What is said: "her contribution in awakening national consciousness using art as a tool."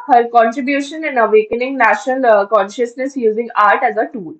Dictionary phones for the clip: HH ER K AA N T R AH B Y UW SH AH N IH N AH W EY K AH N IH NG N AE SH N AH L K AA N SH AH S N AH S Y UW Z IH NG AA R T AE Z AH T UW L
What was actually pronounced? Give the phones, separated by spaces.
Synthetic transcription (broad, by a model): HH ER K AA N T R AH B Y UW SH AH N IH N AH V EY K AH N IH NG N AE SH N AH L K AA N SH AH S N AH S Y UW Z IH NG AA R T AE Z AH T UW L